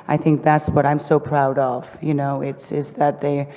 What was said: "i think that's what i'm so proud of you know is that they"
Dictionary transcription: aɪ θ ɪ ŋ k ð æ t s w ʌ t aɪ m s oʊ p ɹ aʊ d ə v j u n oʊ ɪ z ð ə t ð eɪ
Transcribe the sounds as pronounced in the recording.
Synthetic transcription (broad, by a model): aɪ θ ɪ ŋ k ð æ t s w ʌ t aɪ m s oʊ p ɹ aʊ d ə v j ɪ n oʊ ɪ z ð ə t ð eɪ